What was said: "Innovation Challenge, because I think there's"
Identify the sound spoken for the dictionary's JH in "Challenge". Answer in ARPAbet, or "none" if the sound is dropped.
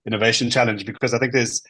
JH